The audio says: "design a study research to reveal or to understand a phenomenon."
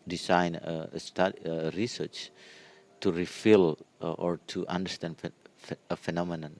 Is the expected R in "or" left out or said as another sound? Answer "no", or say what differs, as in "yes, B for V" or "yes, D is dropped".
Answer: no